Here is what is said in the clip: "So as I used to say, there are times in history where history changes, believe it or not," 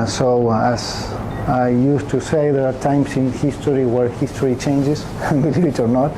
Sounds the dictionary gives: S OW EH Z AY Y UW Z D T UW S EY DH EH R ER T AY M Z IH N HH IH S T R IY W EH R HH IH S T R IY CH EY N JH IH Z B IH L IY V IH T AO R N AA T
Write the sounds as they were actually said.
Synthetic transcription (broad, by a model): S OW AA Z AY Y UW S T UW S EY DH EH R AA T AY M S IH N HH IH S T R IY W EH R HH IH S T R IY CH EY N JH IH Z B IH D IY IH T AO R N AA T